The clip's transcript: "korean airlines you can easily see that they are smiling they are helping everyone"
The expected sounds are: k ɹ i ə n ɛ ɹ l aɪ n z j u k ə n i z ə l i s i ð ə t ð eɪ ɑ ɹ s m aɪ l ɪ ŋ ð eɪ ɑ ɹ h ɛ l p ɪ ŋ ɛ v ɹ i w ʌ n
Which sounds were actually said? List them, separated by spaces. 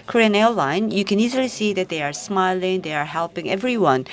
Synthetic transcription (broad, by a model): k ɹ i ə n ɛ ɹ l aɪ n j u k ə n i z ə l i s i ð ə t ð eɪ ɑ ɹ s m aɪ l ɪ ŋ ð eɪ ɑ ɹ h ɛ l p ɪ ŋ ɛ v ɹ i w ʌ n